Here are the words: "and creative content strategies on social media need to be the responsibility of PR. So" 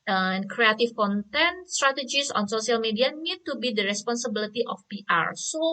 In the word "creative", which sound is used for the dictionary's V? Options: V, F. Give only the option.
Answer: F